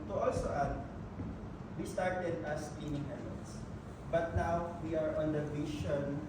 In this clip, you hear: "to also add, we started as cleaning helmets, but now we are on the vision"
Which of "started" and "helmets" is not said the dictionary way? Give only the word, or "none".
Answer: helmets